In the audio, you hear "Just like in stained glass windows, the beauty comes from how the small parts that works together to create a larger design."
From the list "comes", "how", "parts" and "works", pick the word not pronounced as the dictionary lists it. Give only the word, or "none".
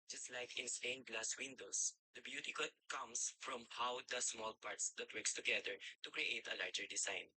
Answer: comes